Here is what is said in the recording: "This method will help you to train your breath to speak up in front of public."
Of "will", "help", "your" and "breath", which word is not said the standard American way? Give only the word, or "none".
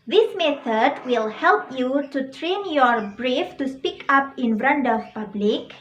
breath